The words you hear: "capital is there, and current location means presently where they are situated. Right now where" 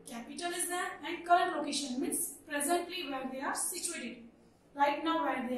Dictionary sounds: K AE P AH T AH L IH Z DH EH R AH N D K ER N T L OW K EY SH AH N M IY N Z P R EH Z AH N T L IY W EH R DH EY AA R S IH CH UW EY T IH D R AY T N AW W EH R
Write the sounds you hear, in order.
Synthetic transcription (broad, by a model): K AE P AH T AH L IH Z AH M AH N D K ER L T L OW K EY SH AH N M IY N S P R EH Z AH N T L IY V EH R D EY AA R S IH CH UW EY T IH D L AY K N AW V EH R